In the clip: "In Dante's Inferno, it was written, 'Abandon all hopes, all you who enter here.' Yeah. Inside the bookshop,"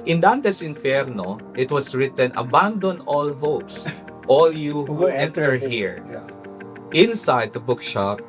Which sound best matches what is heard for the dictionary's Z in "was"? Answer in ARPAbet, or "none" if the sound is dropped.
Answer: S